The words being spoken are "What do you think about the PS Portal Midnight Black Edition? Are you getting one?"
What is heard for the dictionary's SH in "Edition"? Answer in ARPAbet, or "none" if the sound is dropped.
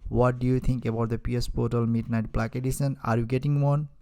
S